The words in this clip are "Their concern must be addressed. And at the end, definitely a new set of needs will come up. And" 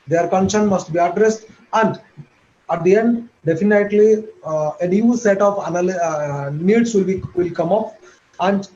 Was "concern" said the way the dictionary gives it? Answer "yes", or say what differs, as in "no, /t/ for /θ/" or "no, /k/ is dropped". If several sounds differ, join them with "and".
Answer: no, /ʃ/ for /s/